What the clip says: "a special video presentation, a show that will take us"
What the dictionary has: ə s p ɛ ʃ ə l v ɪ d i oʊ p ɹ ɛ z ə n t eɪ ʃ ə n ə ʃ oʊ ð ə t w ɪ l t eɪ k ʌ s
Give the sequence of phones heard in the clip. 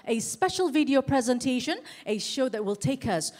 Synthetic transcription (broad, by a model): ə s p ɛ ʃ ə l v ɪ d i oʊ p ɹ ɛ z ə n t eɪ ʃ ə n ə ʃ oʊ ð ə t w ɪ l t eɪ k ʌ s